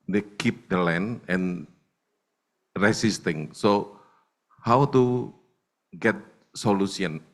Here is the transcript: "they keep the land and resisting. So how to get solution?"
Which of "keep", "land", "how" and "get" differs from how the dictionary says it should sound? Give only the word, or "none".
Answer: land